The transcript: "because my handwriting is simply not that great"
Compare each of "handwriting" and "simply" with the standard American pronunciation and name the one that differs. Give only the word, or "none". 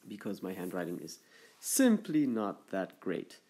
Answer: none